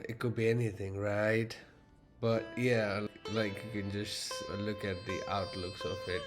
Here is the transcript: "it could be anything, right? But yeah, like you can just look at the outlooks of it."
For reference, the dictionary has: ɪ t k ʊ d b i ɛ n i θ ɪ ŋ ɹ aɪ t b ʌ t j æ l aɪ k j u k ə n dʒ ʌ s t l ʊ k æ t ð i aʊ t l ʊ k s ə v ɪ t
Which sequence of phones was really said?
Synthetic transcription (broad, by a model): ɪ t k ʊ d b i ɛ n i θ ɪ ŋ ɹ aɪ t b ʌ t j æ l aɪ k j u k ə n dʒ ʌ s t l ʊ k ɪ t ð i aʊ t l ʊ k s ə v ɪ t